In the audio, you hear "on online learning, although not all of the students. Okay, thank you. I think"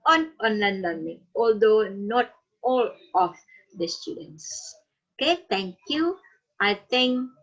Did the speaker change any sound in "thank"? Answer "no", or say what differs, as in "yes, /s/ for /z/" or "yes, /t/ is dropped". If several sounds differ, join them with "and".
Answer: yes, /t/ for /θ/